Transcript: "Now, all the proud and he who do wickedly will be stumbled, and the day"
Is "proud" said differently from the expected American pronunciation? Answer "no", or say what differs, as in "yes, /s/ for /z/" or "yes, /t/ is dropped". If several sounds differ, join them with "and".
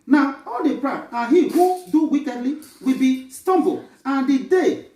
yes, /d/ is dropped